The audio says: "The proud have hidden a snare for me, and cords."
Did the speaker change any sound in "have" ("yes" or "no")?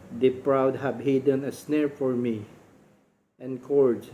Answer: yes